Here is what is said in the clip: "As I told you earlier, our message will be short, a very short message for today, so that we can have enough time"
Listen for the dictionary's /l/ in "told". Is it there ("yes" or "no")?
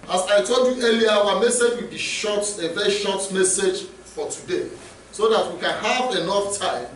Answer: yes